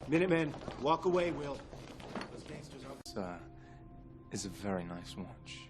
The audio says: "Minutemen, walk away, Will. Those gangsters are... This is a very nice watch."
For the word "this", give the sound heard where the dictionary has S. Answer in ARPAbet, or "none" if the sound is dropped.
none